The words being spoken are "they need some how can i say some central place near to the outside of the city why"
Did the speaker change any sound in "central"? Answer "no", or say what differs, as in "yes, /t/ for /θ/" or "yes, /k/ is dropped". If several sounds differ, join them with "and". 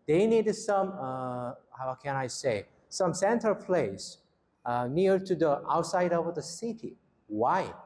yes, /ɹ/ is dropped